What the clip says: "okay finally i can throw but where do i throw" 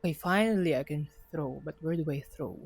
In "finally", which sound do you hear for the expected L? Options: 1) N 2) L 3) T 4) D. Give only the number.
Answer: 2